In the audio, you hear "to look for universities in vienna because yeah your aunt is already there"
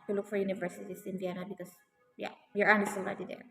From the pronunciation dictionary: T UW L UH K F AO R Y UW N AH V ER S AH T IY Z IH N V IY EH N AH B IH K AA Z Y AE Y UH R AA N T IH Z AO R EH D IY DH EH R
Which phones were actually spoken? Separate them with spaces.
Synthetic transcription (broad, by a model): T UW L UH K F AO R Y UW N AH V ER S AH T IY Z IH N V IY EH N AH B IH K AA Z Y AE Y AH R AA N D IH S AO L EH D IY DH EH R